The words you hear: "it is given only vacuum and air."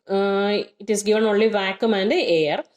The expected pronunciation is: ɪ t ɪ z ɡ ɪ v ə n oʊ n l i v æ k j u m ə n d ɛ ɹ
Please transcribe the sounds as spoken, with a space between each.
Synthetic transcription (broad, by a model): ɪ t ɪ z ɡ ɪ v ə n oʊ l i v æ k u m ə n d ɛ ɹ